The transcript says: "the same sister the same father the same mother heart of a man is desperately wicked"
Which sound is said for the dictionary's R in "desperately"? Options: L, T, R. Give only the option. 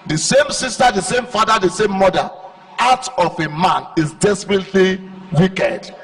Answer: R